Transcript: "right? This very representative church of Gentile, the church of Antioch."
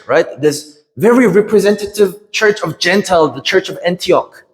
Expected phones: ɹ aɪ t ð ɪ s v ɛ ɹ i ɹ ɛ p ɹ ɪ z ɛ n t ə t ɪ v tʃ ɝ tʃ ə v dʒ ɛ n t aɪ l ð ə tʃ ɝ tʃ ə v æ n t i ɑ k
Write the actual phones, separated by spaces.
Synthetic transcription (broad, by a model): ɹ aɪ t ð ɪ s v ɛ ɹ i ɹ ɛ p ɹ ɪ z ɛ n t ə t ɪ v tʃ ɝ tʃ ə v dʒ ɛ n t aɪ l ð ə tʃ ɝ tʃ ə v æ n t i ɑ k